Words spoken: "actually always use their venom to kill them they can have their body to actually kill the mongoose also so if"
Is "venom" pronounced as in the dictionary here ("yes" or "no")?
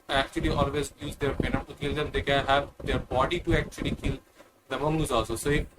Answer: no